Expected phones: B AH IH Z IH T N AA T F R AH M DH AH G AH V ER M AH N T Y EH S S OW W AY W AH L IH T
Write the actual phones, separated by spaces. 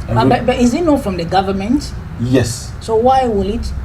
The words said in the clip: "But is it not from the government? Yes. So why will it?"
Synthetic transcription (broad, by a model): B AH IH Z IH T N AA F R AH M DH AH G AH V ER M AH N T Y EH S S OW W AY W AH L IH T